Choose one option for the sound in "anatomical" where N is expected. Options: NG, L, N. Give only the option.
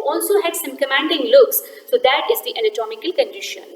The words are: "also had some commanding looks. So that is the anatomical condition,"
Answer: L